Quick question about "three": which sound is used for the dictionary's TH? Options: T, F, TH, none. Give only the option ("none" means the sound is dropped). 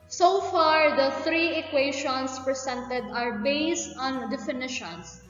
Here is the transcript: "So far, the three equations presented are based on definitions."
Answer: T